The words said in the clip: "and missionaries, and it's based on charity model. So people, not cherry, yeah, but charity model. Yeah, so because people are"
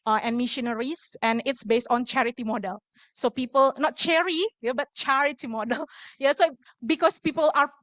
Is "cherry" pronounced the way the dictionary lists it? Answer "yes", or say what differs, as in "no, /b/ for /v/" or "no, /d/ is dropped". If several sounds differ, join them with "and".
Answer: yes